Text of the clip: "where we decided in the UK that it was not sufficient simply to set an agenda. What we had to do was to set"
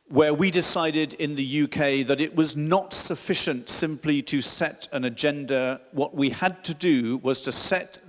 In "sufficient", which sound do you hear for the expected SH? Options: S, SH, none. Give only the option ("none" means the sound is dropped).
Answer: SH